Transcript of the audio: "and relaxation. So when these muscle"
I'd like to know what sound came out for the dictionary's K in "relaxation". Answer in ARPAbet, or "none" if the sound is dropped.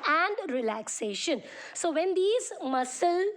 K